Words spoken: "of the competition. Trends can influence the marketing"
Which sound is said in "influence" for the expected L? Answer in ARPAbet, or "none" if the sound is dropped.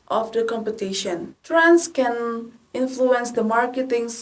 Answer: L